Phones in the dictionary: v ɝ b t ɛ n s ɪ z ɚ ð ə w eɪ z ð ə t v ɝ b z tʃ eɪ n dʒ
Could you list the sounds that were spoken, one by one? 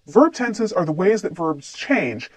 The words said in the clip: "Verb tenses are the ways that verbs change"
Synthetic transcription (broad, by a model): v ɝ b t ɛ n s ɪ z ɚ ð ə w eɪ z ð ə t v ɝ b z tʃ eɪ n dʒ